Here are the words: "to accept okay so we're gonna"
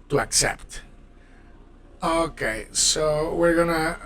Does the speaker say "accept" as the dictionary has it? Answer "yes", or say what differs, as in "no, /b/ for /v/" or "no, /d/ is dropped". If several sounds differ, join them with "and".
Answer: yes